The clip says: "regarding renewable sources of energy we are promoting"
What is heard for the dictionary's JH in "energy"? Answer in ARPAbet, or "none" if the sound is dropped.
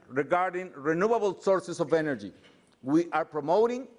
JH